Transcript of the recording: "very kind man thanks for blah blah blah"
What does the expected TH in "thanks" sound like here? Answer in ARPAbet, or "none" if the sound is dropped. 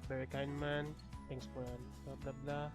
T